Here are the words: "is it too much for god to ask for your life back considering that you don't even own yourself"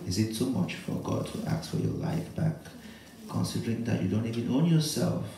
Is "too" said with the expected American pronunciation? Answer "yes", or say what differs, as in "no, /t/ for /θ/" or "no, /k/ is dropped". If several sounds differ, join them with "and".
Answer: no, /s/ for /t/